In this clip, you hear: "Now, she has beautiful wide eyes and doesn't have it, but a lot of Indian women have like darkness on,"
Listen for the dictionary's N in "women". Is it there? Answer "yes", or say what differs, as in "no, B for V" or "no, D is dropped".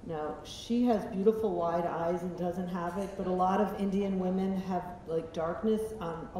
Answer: yes